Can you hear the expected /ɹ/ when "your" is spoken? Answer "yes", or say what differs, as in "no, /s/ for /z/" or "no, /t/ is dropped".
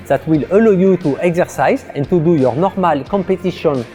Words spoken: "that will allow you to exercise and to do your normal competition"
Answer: yes